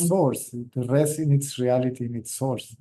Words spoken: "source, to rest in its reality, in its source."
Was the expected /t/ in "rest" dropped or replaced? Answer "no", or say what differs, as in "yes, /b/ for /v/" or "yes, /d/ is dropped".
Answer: yes, /t/ is dropped